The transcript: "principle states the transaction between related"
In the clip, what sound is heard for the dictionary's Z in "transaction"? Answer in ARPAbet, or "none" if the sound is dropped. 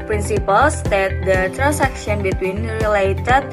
S